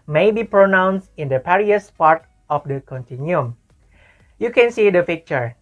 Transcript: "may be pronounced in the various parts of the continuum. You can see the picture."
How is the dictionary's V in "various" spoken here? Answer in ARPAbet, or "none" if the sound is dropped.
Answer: P